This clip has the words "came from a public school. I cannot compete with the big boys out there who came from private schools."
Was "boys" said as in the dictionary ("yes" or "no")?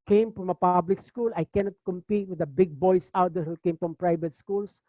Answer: no